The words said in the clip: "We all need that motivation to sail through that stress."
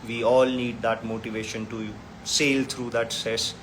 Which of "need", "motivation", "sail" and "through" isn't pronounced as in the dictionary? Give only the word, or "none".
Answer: through